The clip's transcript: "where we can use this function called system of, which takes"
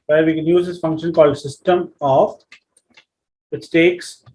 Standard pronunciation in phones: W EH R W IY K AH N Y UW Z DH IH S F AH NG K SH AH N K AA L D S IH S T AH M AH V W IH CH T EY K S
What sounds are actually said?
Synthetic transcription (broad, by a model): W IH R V IY K AH N Y UW Z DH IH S F AH NG K SH AH N K AA L D S IH S T AH M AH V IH S T EY K S